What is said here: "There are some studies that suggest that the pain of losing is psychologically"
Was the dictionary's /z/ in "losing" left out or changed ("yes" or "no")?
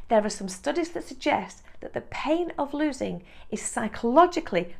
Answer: no